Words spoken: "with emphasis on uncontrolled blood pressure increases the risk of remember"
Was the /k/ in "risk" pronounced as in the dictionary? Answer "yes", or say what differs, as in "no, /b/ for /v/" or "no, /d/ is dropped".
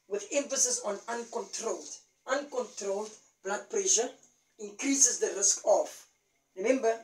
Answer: yes